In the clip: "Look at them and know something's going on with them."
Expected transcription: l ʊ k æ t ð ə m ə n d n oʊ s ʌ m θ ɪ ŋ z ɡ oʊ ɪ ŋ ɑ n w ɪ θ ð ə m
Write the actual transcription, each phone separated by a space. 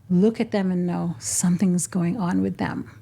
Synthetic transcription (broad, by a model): l ʊ k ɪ t ð ə m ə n n oʊ s ʌ m θ ɪ ŋ z ɡ oʊ ɪ ŋ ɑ n w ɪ ð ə m